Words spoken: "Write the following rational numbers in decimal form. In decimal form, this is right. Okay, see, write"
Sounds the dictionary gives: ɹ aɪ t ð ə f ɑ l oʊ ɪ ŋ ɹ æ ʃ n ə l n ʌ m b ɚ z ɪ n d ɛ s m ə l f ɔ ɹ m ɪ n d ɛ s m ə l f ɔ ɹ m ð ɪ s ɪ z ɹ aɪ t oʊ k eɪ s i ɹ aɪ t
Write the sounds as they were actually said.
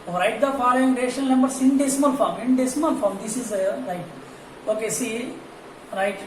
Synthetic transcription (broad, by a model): ɹ aɪ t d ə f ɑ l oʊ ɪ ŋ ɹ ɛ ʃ ə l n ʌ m b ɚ s ɪ n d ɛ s m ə n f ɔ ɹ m ɪ n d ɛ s m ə n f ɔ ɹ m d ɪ s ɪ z ɹ aɪ t oʊ k eɪ s i ɹ aɪ t